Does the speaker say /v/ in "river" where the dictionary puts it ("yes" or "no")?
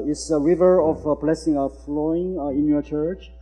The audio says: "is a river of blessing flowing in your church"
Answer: yes